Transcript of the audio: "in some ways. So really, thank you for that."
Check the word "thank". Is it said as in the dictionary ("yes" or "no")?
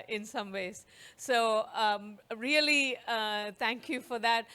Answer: no